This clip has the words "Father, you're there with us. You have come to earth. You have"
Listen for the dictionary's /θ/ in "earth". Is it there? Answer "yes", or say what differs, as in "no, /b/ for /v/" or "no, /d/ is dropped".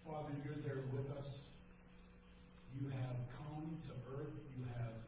yes